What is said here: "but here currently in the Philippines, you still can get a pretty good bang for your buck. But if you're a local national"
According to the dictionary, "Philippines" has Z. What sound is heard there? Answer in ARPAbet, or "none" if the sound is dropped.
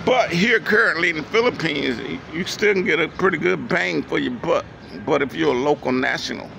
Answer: Z